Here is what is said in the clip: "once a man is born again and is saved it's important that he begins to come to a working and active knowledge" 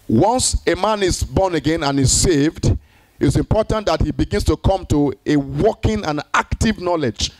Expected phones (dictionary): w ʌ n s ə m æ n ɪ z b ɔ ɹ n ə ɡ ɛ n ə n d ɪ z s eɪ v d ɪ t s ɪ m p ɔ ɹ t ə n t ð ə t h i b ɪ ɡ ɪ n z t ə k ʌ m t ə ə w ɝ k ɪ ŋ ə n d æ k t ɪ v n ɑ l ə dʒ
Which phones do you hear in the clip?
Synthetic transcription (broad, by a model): w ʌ n s ə m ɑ n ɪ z b ɔ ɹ n ə ɡ ɛ n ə n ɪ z s eɪ v d ɪ t s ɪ m p ɔ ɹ t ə n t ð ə t h i b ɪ ɡ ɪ n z t ə k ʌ m t ə ə w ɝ k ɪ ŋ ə n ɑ k t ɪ v n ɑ l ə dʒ